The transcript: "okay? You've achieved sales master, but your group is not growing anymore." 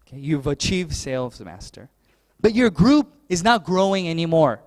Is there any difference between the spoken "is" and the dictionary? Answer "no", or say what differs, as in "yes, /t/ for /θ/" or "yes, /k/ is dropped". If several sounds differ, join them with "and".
no